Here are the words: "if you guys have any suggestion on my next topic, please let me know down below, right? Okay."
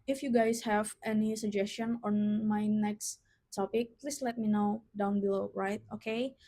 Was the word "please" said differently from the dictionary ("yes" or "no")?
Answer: yes